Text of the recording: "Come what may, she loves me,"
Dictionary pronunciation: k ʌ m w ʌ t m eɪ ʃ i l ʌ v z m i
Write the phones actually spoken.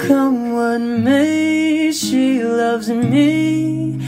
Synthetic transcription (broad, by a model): k ʌ m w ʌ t m eɪ ʃ i l ʌ v z m i